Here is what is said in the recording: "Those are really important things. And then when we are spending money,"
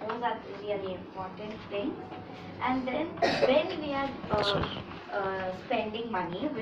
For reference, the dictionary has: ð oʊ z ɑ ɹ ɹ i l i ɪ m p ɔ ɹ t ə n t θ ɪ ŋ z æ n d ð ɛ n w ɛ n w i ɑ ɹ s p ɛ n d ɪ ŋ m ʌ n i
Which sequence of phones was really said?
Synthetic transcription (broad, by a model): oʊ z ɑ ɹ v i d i ɪ m p ɔ ɹ t ə n t t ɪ ŋ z æ n d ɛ n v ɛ n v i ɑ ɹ s p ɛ n d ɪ ŋ m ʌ n i